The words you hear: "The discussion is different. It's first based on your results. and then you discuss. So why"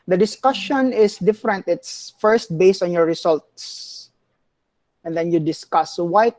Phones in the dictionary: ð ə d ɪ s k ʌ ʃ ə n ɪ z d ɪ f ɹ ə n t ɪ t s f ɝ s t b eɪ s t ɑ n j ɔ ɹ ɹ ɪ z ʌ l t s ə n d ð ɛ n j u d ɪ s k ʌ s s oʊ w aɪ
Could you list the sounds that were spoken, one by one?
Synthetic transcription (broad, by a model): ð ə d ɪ s k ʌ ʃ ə n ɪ s d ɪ f ɹ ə n t ɪ t s f ɝ s t b eɪ s t ɑ n j ɔ ɹ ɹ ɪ s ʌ l t s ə n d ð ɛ n j u d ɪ s k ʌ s s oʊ w aɪ